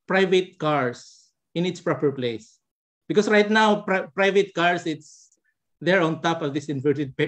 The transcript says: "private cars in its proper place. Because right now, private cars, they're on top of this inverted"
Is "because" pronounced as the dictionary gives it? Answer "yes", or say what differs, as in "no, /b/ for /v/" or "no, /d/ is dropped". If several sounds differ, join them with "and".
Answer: no, /s/ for /z/